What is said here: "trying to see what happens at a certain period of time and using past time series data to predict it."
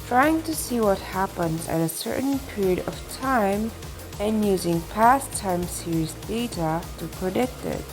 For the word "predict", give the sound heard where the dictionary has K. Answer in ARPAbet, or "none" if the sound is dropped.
K